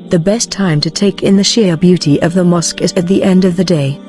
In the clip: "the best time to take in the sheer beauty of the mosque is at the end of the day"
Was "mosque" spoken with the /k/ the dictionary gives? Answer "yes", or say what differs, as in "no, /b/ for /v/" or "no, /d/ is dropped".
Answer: yes